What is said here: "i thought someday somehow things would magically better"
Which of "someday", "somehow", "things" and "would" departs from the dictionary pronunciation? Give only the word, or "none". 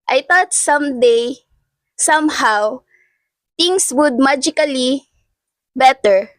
things